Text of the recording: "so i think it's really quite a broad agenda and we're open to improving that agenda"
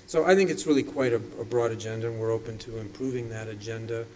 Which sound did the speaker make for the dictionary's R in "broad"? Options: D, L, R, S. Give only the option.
R